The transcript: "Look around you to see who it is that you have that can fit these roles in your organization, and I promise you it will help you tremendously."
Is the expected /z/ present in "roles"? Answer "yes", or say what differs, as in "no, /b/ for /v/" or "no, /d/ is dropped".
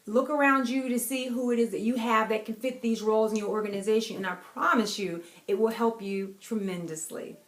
yes